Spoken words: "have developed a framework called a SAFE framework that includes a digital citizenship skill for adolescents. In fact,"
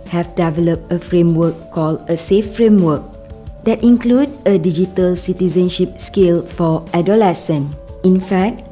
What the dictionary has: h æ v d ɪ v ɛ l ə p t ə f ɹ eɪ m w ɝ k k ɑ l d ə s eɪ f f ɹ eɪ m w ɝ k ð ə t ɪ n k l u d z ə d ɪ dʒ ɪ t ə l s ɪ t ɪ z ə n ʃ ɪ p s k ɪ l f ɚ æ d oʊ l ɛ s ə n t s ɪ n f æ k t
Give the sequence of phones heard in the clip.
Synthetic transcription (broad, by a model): h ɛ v d ɪ v ɛ l ə p t ə f ɹ eɪ m w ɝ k k ɑ l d ə s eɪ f f ɹ eɪ m w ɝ k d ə t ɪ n k l u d ə d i dʒ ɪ t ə l s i t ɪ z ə n ʃ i p s k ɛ l f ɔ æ d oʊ l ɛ s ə n ɪ n f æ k t